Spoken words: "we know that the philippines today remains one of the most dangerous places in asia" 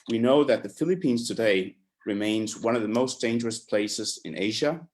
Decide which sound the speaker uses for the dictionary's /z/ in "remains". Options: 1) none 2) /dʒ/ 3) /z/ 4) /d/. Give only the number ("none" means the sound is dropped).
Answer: 3